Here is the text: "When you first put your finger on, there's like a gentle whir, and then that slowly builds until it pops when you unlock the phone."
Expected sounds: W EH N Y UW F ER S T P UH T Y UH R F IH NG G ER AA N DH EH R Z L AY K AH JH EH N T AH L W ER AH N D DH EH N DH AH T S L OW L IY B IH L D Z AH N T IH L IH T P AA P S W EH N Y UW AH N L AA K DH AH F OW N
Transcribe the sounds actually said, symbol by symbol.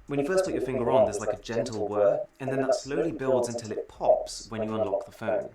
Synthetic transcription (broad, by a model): W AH N Y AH F ER S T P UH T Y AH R F IH NG G ER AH N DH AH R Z L AY K AH JH EH N T L W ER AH N DH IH N DH AH T S L OW L IY B IH L D Z AH N T IH L IH T P AA P S W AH N Y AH AH N L AA K DH AH F OW N